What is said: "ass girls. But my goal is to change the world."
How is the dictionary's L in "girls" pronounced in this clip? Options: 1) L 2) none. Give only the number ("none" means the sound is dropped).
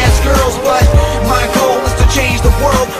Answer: 1